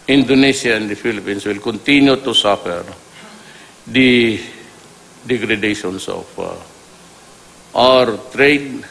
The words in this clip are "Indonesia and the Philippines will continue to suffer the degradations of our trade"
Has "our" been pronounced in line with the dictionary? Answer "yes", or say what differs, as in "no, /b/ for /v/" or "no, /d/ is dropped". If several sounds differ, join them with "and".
yes